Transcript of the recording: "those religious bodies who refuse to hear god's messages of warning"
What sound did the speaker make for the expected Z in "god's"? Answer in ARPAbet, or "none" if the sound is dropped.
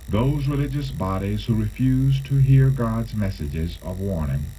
Z